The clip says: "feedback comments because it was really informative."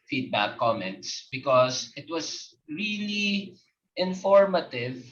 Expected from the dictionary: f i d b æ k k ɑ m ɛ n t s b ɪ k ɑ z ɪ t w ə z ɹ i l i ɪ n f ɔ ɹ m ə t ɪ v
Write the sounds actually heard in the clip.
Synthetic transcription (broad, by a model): f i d b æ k k ɑ m ɛ n t s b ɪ k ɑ s ɪ t w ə s ɹ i l i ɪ n f ɔ ɹ m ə t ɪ v